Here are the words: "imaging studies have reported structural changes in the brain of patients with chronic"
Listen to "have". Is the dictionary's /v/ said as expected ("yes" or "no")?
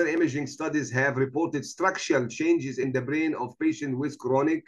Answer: yes